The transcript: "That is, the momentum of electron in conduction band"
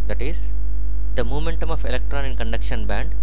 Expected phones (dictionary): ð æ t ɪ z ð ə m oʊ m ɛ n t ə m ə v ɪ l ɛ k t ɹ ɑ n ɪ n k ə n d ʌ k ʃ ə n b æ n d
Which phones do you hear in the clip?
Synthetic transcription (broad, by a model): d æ t ɪ z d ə m oʊ m ɛ n t ə m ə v ɪ l ɛ k t ɹ ɑ n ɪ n k ə n d ʌ k ʃ ə n b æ n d